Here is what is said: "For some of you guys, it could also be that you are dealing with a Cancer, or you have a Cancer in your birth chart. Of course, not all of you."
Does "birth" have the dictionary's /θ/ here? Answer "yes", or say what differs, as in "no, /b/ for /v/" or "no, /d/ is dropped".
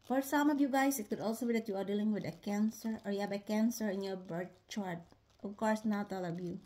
no, /t/ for /θ/